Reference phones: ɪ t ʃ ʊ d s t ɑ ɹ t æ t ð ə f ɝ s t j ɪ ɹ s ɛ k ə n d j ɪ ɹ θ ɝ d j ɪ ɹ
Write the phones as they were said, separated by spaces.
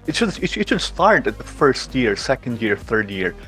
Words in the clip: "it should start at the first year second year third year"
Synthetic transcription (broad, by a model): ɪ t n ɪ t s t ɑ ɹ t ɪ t ð ə f ɝ s t j ɪ ɹ s ɛ k ə n d j ɪ ɹ θ ɝ d j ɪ ɹ